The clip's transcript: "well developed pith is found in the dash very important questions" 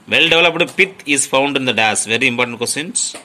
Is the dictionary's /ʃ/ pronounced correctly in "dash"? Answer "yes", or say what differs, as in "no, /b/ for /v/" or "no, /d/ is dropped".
no, /s/ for /ʃ/